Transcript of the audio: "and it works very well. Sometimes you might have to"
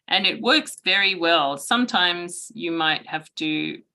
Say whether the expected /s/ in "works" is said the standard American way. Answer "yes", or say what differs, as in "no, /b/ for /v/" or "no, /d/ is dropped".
yes